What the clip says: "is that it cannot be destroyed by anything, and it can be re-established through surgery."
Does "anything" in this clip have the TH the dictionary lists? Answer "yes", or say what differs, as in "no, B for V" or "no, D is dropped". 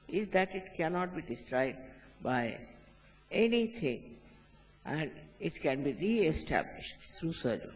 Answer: no, T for TH